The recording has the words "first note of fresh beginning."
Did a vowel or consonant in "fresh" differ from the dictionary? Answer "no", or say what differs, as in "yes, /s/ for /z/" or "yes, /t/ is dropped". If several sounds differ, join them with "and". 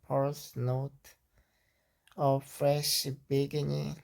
no